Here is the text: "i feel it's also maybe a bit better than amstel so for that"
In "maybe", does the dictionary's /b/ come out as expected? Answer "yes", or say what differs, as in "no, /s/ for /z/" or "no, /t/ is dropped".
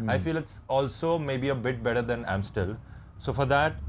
yes